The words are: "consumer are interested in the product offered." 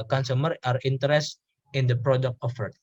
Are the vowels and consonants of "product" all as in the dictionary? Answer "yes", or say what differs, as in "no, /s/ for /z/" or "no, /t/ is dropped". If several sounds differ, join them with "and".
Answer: yes